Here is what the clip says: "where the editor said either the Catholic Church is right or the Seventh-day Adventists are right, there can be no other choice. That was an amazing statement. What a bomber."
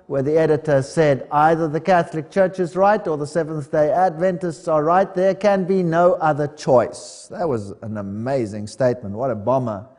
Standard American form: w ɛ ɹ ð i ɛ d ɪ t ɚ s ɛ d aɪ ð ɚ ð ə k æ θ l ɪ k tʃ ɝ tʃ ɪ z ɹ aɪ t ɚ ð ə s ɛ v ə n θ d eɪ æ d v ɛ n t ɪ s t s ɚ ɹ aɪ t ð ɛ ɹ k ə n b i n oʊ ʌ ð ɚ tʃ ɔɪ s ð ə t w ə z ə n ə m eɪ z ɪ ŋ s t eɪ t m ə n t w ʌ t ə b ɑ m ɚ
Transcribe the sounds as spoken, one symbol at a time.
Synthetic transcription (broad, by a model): w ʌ ɹ ð i ɛ d ɪ t ɚ s ɛ d aɪ ð ɚ ð ə k æ θ l ɪ k tʃ ɝ tʃ ɪ z ɹ aɪ t ɚ ð ə s ɛ v ə n θ d eɪ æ d v ɛ n t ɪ s t s ɚ ɹ aɪ t ð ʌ ɹ k ə n b i n oʊ ʌ ð ɚ tʃ ɔɪ s ð ə t w ə z ə n ə m eɪ z ɪ ŋ s t eɪ t m ə n t w ʌ t ə b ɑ m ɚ